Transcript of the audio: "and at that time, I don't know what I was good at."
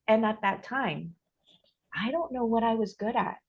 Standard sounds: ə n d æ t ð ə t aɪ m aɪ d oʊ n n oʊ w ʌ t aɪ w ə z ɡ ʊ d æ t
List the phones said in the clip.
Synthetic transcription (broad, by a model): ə n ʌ t ð ə t aɪ m aɪ d oʊ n n oʊ w ʌ t aɪ w ə z ɡ ʊ d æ t